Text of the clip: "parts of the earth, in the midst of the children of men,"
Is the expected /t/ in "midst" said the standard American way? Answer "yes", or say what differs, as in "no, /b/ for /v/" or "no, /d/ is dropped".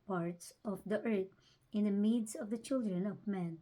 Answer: no, /t/ is dropped